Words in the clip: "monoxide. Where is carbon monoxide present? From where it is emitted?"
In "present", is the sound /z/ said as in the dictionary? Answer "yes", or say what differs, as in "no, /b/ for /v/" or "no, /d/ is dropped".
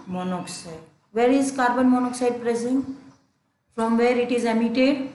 no, /s/ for /z/